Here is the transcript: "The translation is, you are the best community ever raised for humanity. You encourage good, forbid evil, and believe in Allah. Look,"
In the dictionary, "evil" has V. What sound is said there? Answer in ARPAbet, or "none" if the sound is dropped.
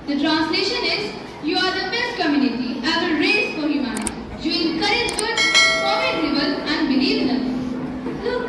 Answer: B